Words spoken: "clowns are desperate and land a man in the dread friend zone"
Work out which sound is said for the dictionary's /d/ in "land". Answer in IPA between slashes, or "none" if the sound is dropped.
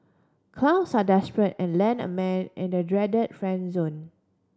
none